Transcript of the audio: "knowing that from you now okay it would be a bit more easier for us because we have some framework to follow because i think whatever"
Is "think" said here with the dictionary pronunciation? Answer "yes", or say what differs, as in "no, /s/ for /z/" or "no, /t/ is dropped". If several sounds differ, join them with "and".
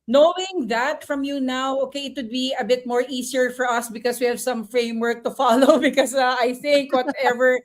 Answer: yes